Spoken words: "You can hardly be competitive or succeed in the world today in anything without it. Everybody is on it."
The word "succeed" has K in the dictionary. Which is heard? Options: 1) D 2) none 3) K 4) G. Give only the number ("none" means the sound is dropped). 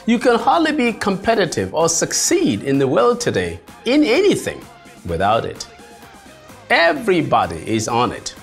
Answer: 3